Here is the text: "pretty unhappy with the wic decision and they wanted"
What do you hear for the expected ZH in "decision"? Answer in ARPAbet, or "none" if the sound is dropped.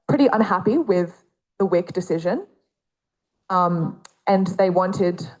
ZH